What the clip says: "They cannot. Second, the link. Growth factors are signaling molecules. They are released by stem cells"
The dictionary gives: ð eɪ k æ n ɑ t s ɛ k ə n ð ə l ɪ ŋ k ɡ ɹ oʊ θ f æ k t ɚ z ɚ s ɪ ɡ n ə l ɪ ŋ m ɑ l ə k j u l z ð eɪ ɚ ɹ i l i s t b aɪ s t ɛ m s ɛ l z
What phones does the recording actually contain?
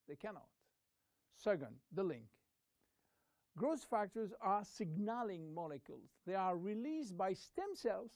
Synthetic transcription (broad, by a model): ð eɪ k æ n ɑ t s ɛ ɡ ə n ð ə l ɪ ŋ k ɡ ɹ oʊ s f æ k t ɚ z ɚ s ɪ ɡ n ə l ɪ ŋ m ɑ l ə k j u l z ð eɪ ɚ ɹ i l i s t b aɪ s t ɛ m s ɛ l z